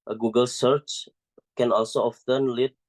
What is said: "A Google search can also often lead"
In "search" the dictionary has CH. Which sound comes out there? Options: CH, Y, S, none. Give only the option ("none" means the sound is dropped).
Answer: CH